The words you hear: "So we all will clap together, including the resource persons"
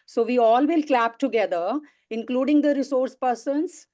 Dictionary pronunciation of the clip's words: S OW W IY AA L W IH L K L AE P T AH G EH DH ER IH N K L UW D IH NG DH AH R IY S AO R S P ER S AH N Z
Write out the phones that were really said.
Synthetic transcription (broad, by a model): S OW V IY AA L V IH L K L AE P T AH G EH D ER IH N K L UW D IH NG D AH R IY S AO R S P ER S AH N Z